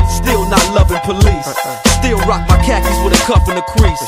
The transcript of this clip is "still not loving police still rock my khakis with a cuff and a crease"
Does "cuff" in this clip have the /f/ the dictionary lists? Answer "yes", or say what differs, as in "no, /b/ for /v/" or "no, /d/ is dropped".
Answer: no, /p/ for /f/